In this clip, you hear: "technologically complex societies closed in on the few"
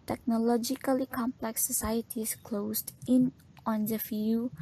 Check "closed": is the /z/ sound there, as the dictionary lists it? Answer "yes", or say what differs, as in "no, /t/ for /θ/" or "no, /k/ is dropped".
no, /s/ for /z/